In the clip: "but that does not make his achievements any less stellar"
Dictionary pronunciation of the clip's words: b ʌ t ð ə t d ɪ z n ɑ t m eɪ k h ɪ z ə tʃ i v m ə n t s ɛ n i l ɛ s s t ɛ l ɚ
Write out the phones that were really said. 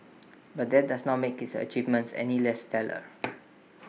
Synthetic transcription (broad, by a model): b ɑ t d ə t d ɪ s n ɑ t m eɪ k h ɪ s ə tʃ i v m ə n t s ɛ n i l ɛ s s t ɛ l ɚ